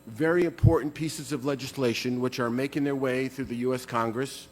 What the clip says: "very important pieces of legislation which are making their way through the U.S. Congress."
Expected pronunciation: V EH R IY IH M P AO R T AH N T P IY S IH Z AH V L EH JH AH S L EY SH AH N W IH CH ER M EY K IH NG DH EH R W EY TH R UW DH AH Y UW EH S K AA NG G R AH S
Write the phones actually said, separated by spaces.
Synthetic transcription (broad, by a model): V EH R IY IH M P AO R T N P IY S IH Z AH V L EH JH AH S L EY SH AH N W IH CH ER M EY K IH NG DH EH R W EY TH R UW DH AH Y UW EH S K AA NG G R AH S